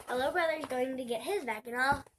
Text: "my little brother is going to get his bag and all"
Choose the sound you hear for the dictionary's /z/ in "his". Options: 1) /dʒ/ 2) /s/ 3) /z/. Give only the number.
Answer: 3